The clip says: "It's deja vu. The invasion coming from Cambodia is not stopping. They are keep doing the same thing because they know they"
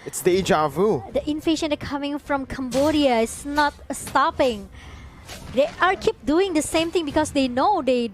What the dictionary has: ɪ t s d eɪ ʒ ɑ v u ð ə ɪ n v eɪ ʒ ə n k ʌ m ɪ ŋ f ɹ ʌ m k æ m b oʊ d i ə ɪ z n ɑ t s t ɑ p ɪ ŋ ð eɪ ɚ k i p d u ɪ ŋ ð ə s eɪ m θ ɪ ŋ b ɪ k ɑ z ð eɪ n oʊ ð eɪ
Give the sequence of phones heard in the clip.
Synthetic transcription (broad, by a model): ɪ t s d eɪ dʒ ɑ v u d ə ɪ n f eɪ ʃ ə n k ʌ m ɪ ŋ f ɹ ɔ m k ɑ m b oʊ d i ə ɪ s n ɑ t s t ɑ p ɪ ŋ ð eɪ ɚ k i p d u ɪ ŋ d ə s eɪ m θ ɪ ŋ b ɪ k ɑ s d eɪ n oʊ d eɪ